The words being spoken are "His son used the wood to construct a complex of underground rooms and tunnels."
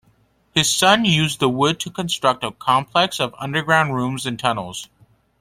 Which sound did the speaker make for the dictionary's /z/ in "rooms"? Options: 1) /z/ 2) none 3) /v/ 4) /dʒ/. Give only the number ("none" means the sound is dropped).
1